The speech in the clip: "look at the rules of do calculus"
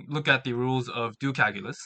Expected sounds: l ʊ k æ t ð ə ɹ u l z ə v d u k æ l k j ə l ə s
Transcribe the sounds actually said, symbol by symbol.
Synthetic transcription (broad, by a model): l ʊ k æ t ð ə ɹ u l z ə v d u k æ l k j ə l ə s